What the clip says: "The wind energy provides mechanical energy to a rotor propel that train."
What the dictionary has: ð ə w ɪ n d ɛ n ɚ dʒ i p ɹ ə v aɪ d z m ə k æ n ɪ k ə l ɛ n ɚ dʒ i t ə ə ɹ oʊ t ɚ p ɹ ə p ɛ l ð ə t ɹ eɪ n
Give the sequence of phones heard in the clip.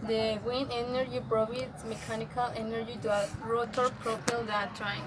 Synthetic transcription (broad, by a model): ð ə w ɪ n ɛ n ɚ dʒ i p ɹ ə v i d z m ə k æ n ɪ k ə l ɛ n ɚ dʒ i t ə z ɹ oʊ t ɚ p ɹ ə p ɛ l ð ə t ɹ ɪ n